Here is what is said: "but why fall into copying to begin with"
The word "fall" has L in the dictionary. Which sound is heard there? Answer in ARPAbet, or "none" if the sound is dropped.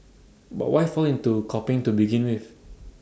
L